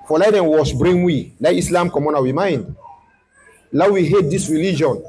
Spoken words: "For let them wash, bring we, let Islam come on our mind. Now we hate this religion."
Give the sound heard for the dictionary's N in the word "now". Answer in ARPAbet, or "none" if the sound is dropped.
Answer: L